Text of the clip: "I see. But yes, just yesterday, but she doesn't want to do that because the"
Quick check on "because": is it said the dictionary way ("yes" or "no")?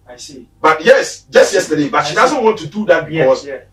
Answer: no